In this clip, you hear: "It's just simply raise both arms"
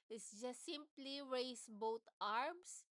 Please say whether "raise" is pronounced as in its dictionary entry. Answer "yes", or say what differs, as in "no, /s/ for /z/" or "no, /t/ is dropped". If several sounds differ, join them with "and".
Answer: no, /s/ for /z/